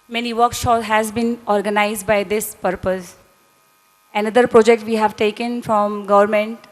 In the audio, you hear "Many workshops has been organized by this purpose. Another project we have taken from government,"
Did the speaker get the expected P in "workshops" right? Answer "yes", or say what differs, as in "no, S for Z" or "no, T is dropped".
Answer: no, P is dropped